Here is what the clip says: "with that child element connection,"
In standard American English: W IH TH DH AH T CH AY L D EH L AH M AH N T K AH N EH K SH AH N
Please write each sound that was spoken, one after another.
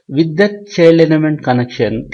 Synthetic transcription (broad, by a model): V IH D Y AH T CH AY L AH N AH M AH N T K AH N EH K SH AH N